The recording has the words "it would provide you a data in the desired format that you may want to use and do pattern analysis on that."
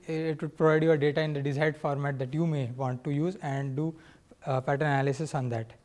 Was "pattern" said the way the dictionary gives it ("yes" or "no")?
no